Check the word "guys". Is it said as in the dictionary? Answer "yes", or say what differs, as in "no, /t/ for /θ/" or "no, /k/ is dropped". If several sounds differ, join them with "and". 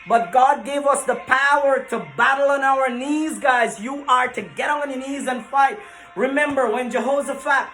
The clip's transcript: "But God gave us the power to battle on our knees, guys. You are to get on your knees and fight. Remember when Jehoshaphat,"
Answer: yes